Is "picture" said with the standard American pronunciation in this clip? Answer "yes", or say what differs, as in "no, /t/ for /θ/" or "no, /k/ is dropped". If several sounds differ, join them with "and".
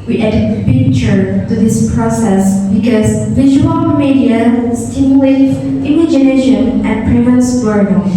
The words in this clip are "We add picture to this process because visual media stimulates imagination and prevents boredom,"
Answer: no, /k/ is dropped